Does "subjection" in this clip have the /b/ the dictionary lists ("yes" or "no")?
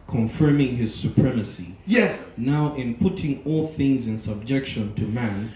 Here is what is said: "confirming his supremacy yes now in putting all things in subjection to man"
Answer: yes